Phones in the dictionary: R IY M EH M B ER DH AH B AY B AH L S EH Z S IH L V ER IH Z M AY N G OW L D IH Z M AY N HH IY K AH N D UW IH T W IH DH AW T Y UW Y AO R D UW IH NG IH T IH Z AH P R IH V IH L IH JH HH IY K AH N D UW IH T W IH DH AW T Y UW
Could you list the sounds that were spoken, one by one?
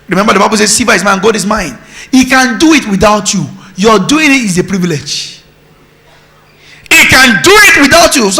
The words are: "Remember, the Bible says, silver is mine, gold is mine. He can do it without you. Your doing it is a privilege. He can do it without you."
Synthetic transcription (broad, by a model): R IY M EH M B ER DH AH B AY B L S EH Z S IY V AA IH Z M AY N G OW D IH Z M AY N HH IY K AH N D UW IH T W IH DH AW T Y UW Y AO D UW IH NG IH T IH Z AH P R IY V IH L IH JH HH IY K AH N D UW IH T W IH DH AW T Y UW